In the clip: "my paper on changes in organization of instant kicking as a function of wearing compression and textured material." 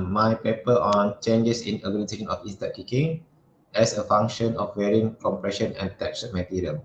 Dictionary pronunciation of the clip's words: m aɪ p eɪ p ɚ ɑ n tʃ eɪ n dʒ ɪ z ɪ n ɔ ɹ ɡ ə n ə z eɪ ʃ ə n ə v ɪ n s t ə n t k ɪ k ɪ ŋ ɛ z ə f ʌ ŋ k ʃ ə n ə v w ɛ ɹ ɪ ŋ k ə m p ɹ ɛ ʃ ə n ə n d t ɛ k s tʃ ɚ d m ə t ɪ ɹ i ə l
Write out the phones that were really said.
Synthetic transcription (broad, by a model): m aɪ p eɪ p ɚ ɑ n tʃ eɪ n dʒ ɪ s ɪ n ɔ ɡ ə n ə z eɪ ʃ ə n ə f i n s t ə t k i k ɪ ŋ ɛ s ə f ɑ ŋ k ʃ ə n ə f w ɛ ɹ ɪ ŋ k ə m p ɹ ɛ ʃ ə n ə n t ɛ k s ɚ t m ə t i ɹ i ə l